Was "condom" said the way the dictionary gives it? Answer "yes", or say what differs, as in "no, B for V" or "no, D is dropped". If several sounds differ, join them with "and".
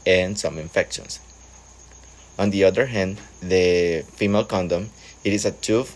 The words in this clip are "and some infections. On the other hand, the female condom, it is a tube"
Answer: yes